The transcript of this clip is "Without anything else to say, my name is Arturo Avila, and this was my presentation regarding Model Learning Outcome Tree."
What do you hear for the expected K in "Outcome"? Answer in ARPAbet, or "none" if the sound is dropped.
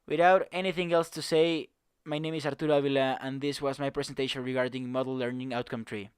K